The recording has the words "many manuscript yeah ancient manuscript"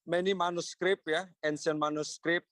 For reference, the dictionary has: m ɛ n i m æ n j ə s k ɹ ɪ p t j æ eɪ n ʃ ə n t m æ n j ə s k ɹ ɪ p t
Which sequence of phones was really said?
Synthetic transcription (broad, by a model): m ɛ n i m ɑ n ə s k ɹ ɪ p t j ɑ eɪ n s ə n m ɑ n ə s k ɹ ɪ p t